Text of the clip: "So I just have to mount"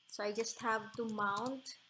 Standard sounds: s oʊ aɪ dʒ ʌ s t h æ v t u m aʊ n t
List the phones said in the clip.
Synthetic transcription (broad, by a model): s oʊ aɪ dʒ ʌ s t h æ v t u m aʊ n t